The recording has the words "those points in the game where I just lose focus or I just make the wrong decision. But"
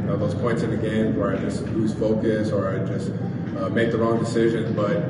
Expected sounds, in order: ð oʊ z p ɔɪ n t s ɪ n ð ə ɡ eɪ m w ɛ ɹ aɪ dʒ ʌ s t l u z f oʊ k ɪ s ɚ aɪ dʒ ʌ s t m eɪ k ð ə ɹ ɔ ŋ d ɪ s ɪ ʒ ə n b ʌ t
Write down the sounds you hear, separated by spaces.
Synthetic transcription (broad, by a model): ð oʊ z p ɔɪ n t s ɪ n ð ə ɡ eɪ m w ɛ ɹ aɪ dʒ ʌ s t l u z f oʊ k ɪ s ɚ aɪ dʒ ʌ s t m eɪ k ð ə ɹ ɔ ŋ d ɪ s ɪ ʒ ə n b ʌ t